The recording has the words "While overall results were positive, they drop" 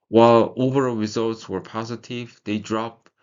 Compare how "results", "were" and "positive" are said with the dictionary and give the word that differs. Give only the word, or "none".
none